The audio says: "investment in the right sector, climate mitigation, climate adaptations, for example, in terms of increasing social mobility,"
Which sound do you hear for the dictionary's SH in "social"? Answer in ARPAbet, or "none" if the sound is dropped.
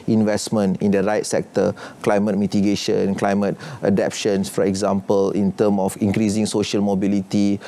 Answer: SH